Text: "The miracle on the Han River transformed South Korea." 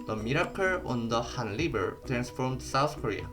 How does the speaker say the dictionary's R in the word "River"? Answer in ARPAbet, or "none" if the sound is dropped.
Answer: L